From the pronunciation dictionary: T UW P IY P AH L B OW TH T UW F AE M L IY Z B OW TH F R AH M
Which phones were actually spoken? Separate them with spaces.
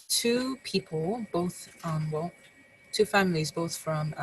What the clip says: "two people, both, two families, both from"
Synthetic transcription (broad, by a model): T UW P IY P AH L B OW TH T UW F AE M L IY Z B OW TH F R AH M